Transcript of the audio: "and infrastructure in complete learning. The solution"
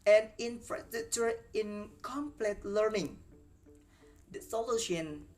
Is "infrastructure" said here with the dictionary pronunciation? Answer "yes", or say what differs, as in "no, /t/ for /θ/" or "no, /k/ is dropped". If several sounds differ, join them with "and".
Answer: no, /ɹ/ is dropped and /k/ is dropped